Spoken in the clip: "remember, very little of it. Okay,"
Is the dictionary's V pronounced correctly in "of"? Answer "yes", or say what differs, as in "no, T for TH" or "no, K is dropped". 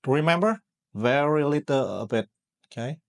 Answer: no, B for V